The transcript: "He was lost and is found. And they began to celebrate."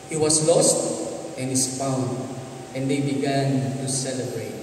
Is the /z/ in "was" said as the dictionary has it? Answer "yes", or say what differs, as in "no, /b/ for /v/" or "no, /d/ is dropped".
no, /s/ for /z/